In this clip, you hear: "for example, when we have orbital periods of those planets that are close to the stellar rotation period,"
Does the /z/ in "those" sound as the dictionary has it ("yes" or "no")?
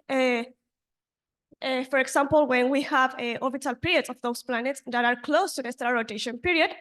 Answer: no